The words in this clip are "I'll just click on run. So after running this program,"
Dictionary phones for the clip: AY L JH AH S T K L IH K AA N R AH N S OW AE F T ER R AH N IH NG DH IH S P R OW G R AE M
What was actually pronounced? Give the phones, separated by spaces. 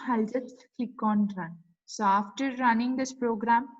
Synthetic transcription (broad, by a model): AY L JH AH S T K IH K AA N R AH N S OW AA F T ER R AH N IH NG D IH S P R OW G R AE M